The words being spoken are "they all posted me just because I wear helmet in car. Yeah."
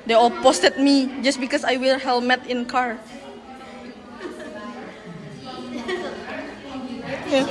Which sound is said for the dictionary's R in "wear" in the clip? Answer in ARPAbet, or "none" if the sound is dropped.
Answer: L